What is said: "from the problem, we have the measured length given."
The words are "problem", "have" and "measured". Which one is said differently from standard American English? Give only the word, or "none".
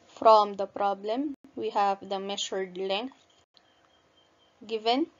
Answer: measured